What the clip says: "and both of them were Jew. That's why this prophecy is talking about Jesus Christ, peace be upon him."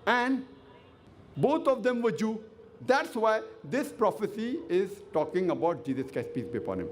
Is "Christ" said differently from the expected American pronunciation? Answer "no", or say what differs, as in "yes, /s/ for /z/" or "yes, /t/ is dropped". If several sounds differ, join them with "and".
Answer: yes, /ɹ/ is dropped